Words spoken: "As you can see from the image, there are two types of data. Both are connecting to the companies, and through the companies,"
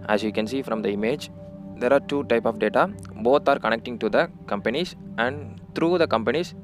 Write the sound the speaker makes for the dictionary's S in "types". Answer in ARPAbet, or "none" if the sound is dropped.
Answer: none